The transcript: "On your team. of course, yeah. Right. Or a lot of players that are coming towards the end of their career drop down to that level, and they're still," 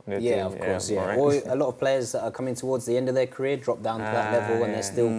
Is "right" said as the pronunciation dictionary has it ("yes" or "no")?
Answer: no